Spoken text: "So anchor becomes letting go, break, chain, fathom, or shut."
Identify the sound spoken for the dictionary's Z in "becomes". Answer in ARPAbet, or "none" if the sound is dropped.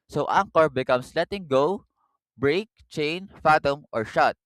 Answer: S